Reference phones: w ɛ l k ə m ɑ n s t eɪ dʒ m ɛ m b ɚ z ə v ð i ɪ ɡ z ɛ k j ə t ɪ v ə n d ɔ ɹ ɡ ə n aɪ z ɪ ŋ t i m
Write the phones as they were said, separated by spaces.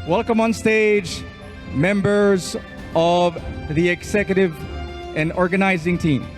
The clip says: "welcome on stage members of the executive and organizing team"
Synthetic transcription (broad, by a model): w ɛ l k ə m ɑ n s t eɪ dʒ m ɛ m b ɚ z ə v ð i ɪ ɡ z ɛ k j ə t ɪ v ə n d ɔ ɹ ɡ ə n aɪ z ɪ ŋ t i m